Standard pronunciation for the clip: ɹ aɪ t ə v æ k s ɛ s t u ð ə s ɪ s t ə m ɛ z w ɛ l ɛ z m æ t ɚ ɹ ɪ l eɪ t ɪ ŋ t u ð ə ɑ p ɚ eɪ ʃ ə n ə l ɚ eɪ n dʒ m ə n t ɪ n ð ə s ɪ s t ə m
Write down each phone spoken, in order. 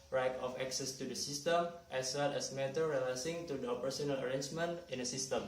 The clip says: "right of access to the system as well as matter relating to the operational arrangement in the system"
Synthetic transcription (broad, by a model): ɹ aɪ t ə f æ k s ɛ s t u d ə s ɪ s t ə m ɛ s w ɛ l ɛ s m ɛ t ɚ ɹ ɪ l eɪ s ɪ ŋ t u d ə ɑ p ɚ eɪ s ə n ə l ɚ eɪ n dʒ m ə n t ɪ n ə s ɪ s t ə m